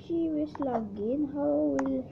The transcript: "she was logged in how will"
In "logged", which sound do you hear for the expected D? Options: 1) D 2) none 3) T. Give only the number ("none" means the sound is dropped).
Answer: 2